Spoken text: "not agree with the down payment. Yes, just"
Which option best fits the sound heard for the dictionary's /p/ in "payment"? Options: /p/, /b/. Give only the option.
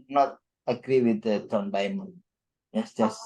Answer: /b/